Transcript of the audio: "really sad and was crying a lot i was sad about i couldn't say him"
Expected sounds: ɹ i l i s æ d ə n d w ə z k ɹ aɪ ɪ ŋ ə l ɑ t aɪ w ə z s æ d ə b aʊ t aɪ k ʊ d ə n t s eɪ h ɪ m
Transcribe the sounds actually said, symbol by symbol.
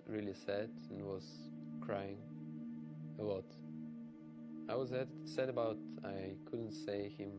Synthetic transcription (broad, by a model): ɹ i l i s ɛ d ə n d w ə z k ɹ aɪ ɪ ŋ ə w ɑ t aɪ w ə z s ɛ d ə b aʊ t aɪ k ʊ d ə n t s eɪ h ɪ m